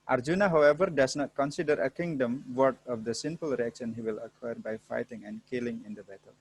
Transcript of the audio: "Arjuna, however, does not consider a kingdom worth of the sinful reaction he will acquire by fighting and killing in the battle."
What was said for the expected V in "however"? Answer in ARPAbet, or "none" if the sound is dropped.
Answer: V